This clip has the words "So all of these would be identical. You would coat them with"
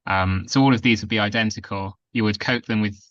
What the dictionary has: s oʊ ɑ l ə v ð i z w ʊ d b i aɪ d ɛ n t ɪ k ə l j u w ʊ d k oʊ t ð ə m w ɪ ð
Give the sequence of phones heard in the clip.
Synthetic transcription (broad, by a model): s oʊ ɑ l ə v ð i z w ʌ d b i aɪ d ɛ n t ɪ k ə l j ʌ w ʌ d k oʊ t ð ə m w ɪ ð